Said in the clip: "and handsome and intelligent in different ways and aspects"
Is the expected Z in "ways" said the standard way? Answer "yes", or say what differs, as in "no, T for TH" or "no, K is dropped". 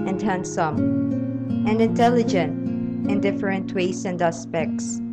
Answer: no, S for Z